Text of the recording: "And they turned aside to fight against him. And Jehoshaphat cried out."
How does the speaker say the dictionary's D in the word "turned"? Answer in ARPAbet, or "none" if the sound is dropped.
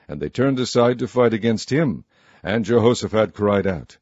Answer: D